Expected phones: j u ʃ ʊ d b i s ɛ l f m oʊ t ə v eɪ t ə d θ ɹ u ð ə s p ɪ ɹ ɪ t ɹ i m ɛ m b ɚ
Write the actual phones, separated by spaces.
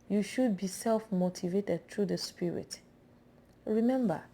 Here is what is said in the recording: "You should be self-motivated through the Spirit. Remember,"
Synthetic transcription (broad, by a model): j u ʃ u d b i s ɛ l f m oʊ t ə v eɪ t ə d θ ɹ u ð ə s p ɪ ɹ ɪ t ɹ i m ɛ m b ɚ